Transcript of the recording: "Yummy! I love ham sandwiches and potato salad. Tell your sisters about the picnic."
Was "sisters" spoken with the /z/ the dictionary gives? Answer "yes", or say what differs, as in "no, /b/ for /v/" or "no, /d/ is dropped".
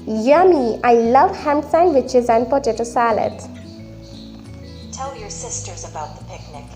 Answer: yes